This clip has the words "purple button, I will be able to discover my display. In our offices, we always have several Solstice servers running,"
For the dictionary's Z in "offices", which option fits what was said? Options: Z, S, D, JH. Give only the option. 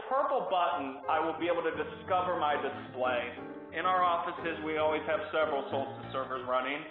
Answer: Z